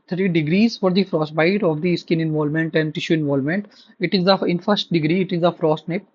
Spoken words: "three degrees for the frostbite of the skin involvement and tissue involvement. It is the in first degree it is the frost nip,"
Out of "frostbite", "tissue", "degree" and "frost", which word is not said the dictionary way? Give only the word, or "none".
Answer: none